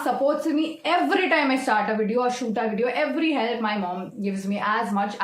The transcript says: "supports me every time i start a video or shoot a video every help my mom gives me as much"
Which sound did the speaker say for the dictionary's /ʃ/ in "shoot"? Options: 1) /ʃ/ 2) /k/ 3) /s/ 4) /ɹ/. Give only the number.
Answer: 1